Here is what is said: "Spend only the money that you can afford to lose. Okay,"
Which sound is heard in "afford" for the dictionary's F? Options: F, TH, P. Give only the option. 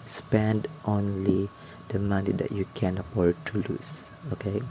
P